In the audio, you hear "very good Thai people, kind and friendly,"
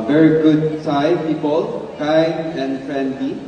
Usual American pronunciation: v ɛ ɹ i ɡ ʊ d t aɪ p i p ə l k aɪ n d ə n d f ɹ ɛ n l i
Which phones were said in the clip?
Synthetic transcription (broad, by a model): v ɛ ɹ i ɡ ʊ d s aɪ p i p ə l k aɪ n ə n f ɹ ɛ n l i